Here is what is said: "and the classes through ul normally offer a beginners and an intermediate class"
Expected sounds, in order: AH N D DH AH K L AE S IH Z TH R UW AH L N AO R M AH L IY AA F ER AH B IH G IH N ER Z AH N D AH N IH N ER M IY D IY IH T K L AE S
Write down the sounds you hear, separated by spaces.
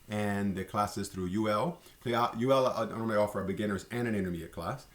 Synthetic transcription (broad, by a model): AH N DH AH K L AE S IH Z TH R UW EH L L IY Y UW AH L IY AA F ER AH B IH G IH N ER Z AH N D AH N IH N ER M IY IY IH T K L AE S